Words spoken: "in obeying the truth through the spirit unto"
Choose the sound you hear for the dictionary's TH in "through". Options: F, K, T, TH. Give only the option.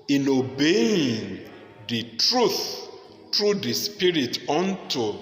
T